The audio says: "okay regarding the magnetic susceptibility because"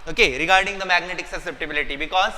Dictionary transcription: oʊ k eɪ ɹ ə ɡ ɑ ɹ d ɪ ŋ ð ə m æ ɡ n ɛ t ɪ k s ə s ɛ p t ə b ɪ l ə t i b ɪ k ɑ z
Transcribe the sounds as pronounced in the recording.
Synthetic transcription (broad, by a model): oʊ k eɪ ɹ ə ɡ ɑ ɹ d ɪ ŋ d ə m æ ɡ n ɛ t ɪ k s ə s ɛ p t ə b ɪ l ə t i b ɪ k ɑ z